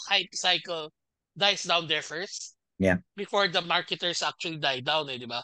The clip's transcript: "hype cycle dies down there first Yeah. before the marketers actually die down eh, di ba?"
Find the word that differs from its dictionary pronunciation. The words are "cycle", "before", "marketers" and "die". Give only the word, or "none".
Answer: marketers